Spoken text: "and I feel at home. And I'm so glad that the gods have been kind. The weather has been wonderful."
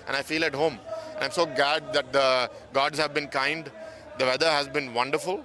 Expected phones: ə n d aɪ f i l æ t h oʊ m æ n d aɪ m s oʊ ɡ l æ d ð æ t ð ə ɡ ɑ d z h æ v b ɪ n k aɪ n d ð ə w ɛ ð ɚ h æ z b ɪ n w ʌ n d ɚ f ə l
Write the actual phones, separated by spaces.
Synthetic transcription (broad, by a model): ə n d aɪ f i l æ t h oʊ m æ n aɪ m s oʊ ɡ l æ d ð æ t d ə ɡ ɑ d z h æ v b ɪ n k aɪ n d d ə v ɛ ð ɚ h æ z b ɪ n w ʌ n d ɚ f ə l